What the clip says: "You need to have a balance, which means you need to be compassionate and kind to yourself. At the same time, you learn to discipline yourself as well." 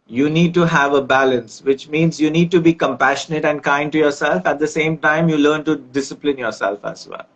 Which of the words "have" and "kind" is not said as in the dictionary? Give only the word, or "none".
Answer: none